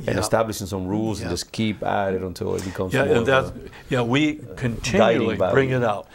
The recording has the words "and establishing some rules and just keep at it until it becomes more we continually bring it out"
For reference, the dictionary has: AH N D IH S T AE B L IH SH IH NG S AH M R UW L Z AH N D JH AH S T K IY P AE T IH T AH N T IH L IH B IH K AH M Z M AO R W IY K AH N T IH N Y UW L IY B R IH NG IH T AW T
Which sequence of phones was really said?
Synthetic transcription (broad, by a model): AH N IH S T AE B L IH SH IH NG S AH M R UW L Z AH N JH AH S K IY P AE T IH T AH N T IH L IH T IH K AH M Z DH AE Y W IY K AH N T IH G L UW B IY B R IH NG IH T AW T